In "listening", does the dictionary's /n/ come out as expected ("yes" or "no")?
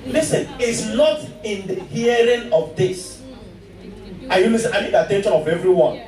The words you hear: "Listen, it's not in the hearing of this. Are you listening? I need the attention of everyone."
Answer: no